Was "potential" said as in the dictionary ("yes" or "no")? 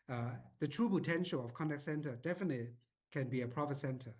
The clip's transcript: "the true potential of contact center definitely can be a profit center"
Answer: yes